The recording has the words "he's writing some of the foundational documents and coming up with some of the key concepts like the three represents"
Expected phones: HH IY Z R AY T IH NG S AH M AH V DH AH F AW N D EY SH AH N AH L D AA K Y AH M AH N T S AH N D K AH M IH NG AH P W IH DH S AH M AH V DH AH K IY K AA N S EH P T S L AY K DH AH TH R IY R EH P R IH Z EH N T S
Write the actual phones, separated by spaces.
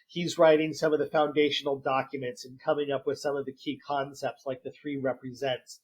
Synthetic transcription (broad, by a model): HH IY Z R AY T IH NG S AH M AH V DH AH F AW N D EY SH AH N L D AA K Y AH M AH N T S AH N K AH M IH NG AH P W IH DH S AH M AH V DH AH K IY K AA N S EH P T S L AY K DH AH TH R IY R EH P R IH Z EH N T S